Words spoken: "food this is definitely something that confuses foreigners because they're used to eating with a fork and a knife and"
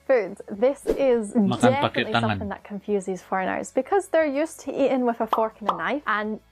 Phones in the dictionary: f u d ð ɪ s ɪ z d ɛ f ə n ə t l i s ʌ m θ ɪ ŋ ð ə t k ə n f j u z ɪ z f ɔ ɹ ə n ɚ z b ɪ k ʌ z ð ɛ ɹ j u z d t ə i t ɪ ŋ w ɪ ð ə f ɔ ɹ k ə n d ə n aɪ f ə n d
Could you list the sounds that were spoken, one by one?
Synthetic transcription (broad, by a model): f u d ð ɪ s ɪ z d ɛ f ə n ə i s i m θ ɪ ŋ ð ə t k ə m f j u z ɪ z f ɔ ɹ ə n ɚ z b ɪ k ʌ z ð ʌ ɹ j u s t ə i t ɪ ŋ w ɪ ð ə f ɔ ɹ k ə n ə n aɪ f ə n